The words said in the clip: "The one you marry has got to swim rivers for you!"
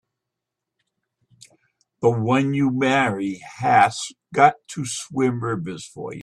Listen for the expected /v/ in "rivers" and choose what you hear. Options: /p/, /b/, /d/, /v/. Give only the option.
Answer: /b/